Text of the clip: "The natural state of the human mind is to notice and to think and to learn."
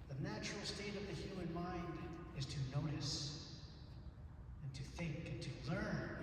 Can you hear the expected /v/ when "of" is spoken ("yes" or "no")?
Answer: yes